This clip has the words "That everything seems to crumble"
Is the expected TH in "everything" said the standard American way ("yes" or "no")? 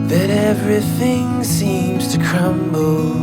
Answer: yes